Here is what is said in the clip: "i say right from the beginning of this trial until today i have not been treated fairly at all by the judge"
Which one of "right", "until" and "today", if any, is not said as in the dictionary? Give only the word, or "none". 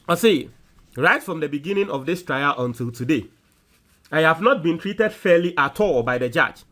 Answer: none